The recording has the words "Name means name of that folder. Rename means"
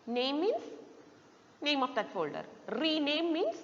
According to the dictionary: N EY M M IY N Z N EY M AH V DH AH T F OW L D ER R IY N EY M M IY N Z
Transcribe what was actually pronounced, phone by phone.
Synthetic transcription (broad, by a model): N EY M M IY N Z N EY M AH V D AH T F OW L D ER R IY N EY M M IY N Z